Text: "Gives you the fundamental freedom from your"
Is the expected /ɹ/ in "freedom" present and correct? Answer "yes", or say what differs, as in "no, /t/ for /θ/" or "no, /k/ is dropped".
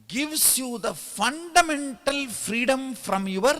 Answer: yes